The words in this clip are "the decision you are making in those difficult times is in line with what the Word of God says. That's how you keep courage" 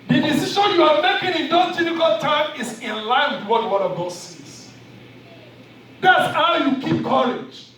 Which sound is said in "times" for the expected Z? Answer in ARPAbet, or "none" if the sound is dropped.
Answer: none